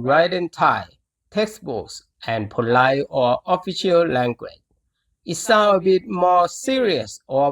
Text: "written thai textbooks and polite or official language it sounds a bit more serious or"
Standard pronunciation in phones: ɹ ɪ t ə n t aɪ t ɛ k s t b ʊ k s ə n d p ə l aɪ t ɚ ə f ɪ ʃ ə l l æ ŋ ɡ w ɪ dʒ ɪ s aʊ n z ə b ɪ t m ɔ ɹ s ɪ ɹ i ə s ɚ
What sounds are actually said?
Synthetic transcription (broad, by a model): ɹ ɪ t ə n t aɪ t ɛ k s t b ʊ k s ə n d p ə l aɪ ɚ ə f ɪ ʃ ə l l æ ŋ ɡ w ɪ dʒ ɪ s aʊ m ə b ɪ t m ɔ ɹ s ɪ ɹ i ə s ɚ